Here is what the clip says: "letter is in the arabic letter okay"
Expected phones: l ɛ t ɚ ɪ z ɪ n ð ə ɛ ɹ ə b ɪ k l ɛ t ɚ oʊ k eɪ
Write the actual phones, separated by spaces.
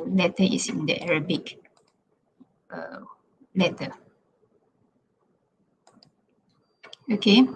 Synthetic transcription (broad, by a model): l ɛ t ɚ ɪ s ɪ n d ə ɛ ɹ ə b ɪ k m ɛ t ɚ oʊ k eɪ